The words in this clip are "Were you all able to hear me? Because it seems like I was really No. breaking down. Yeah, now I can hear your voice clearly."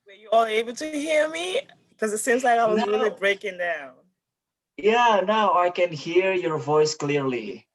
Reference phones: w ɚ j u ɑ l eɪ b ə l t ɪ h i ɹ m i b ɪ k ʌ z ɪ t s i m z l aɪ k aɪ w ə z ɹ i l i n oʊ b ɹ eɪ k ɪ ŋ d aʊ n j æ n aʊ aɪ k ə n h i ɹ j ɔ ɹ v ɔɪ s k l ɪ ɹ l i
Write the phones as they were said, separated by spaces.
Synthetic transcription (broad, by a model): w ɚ j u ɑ n eɪ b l t ɪ h i ɹ m i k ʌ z ɪ t s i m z l aɪ k aɪ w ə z ɹ i l i b ɹ eɪ k ɪ ŋ d aʊ n j æ n aʊ aɪ k ə n h i ɹ j ɔ ɹ v ɔɪ s k l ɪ ɹ l i